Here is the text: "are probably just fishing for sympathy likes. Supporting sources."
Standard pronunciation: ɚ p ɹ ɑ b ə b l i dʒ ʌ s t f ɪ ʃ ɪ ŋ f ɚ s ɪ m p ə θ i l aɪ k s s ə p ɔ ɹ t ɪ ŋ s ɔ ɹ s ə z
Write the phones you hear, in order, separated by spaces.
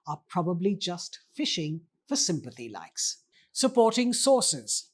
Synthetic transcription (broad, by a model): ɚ p ɹ ɑ b ə b l i dʒ ʌ s t f ɪ ʃ ɪ ŋ f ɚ s ɪ m p ə θ i l aɪ k s s ə p ɔ ɹ t ɪ ŋ s ɔ ɹ s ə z